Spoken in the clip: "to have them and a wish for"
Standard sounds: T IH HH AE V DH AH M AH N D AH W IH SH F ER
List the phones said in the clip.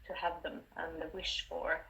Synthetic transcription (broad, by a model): T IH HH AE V DH AH M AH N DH AH W IH SH F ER